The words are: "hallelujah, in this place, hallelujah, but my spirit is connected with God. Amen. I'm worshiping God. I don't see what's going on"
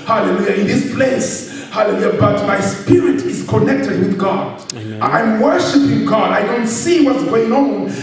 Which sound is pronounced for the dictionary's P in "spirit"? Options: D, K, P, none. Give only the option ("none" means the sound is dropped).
P